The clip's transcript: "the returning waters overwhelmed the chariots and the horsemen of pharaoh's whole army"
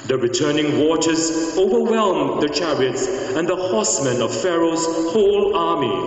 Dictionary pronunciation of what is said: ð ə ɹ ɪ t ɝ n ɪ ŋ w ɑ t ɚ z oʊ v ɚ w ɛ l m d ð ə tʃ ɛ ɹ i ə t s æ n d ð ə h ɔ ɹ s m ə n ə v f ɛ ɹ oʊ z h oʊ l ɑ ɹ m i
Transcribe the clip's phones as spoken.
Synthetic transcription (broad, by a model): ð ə ɹ ɪ t ɝ n ɪ ŋ w ɑ t ɚ z oʊ v ɚ w ɛ l m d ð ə tʃ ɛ ɹ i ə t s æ n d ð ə h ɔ s m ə n ə v f ɛ ɹ oʊ z h oʊ l ɑ ɹ m i